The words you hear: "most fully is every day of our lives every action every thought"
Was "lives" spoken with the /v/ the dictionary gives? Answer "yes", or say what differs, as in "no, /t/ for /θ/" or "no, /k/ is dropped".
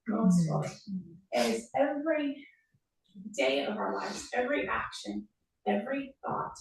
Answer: yes